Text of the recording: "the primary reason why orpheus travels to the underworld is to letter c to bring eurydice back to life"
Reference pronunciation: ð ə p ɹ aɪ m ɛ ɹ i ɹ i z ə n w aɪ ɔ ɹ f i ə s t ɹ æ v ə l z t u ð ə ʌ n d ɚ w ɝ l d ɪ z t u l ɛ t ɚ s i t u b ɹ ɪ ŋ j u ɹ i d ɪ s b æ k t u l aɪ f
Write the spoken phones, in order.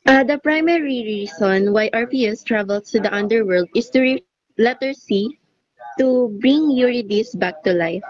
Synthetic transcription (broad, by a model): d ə p ɹ aɪ m ɛ ɹ i ɹ i s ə n w aɪ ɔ ɹ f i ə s t ɹ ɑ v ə l s t u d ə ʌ n d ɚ w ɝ l d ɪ s t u l ɛ t ɚ s i t u b ɹ ɪ ŋ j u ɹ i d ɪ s b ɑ k t u l aɪ f